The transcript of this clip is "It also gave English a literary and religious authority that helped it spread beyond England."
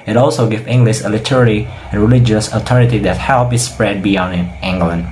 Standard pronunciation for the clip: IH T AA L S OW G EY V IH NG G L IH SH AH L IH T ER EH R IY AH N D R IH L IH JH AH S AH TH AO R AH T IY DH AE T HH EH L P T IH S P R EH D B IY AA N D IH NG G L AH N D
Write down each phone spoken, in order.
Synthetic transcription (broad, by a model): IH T AA L S OW G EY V IH NG G L IH SH AH L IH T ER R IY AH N R IH L IH JH AH S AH T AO R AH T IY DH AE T HH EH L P IH S P R EH D B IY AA N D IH NG G L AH N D